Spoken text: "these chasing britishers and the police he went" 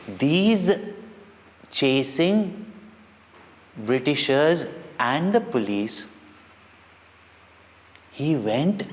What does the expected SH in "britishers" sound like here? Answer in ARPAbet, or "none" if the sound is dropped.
SH